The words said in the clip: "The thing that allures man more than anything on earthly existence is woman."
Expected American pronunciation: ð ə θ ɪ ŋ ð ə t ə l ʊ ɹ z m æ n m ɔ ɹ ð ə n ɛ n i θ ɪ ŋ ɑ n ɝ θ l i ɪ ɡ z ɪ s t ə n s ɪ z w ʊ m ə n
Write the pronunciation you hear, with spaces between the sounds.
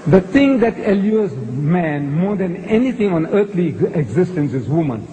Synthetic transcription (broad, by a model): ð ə t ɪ ŋ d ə t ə l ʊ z m æ n m ɔ ɹ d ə n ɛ n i t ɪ ŋ ɑ n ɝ t l i ɪ ɡ z ɪ s t ə n s ɪ z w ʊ m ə n